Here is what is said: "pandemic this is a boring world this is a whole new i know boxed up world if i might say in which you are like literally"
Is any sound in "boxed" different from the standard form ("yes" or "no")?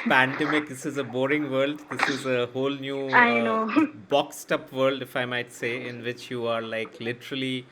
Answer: no